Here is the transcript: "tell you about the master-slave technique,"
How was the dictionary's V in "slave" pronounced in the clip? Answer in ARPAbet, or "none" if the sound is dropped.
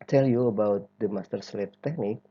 F